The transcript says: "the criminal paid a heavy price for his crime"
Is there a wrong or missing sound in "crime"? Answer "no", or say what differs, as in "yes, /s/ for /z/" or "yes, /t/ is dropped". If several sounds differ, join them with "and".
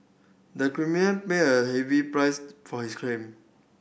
yes, /l/ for /ɹ/